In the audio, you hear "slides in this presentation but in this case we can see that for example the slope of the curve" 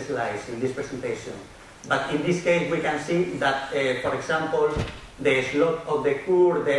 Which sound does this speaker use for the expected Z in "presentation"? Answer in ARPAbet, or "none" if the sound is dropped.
S